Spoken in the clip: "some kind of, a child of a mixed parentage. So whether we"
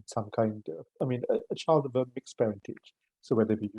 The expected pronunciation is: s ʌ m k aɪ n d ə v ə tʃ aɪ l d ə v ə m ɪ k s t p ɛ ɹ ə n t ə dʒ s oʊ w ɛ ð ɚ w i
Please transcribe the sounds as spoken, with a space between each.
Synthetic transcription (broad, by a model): s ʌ m k aɪ n d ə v ə tʃ aɪ l d ə v ə m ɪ k s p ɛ ɹ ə n t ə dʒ s oʊ w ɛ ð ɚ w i